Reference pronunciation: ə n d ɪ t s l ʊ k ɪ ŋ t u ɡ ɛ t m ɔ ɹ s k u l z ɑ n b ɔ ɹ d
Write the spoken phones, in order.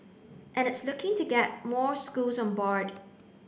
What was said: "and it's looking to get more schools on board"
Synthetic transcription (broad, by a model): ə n ɪ t s l ʊ k ɪ ŋ t u ɡ ɛ t m ɔ ɹ s k u l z ɑ n b ɔ ɹ d